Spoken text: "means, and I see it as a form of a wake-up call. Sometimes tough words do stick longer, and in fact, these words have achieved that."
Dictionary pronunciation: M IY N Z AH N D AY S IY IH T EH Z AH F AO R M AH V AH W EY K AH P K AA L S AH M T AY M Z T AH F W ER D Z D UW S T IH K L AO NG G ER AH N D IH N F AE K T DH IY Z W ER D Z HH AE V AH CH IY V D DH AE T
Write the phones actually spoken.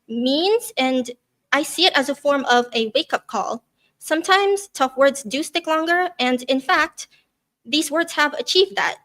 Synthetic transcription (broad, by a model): M IY N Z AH N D AY S IY IH T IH Z AH F AO R M AH V AH W EY K AH P K AA L S AH M T AY M Z T AH F W ER D Z D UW S T IH K L AO NG G ER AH N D IH N F AE K T DH IY Z W ER D Z HH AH V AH CH IY V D DH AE T